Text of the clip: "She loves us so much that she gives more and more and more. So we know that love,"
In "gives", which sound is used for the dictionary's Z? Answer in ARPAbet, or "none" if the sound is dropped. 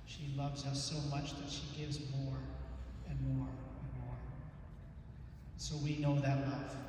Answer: Z